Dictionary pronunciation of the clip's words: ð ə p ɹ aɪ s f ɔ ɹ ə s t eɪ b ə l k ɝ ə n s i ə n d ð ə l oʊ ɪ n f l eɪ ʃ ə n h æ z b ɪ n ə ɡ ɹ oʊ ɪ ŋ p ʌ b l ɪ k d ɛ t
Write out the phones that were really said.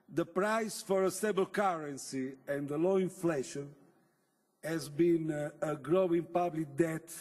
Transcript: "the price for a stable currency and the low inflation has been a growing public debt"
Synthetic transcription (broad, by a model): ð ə p ɹ aɪ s f ɔ ɹ ə s t eɪ b ə l k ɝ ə n s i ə n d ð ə l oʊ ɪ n f l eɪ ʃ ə n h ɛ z b ɪ n ə ɡ ɹ oʊ ɪ ŋ p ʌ b l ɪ k d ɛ t